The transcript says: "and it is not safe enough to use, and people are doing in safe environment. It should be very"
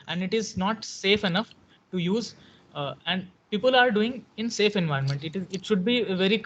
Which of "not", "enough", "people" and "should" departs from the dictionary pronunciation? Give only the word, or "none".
none